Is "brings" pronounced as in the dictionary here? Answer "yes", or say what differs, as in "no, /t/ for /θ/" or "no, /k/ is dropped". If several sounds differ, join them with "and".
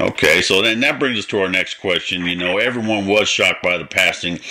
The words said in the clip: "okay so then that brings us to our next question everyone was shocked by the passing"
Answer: yes